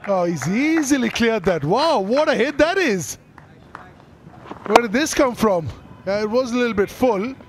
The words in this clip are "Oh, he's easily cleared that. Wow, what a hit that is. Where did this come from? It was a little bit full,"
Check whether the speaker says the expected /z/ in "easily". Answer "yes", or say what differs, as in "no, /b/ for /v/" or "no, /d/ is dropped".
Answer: yes